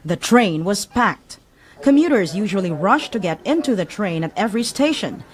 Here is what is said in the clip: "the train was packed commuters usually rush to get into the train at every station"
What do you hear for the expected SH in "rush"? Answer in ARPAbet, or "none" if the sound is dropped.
SH